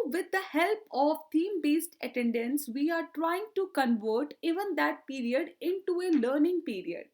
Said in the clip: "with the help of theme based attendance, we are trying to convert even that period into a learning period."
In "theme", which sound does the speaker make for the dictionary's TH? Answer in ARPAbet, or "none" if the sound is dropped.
T